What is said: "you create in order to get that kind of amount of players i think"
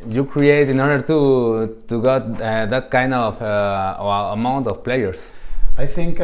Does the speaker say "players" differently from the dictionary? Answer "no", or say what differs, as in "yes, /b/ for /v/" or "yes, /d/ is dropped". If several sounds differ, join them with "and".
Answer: yes, /s/ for /z/